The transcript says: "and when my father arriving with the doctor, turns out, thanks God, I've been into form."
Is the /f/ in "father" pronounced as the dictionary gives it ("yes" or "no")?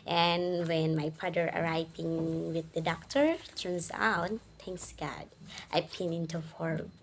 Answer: no